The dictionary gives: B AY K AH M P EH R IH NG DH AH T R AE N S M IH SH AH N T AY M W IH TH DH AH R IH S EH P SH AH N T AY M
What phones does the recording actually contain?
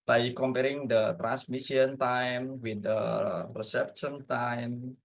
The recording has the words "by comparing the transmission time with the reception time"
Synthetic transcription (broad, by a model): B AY K AH M P EH R IH NG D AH T R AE N S M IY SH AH N T AY M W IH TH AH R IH S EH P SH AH N T AY M